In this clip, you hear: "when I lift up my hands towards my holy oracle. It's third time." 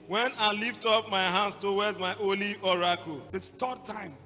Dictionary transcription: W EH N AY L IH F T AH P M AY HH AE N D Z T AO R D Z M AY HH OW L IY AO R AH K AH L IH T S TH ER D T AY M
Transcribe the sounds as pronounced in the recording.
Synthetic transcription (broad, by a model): W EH N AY L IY F T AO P M AY HH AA N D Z T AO W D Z M AY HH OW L IY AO R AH K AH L IH T S T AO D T AY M